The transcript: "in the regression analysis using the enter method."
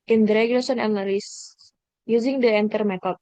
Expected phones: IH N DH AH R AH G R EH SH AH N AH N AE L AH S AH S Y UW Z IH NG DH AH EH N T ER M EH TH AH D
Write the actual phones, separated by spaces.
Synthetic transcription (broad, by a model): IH N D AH R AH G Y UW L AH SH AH N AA N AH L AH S Y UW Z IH NG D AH EH N T ER M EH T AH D